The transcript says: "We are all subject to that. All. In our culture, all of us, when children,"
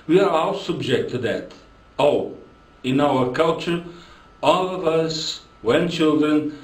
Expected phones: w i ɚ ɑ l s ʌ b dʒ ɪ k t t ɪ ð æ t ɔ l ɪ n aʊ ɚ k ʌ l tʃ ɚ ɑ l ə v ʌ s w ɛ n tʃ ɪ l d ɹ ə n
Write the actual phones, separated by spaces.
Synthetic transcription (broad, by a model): w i ɚ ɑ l s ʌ b dʒ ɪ k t t ɪ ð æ t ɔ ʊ ɪ n aʊ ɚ k ʌ l tʃ ɚ ɑ l ə v ʌ s w ɛ n tʃ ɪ l d ɹ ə n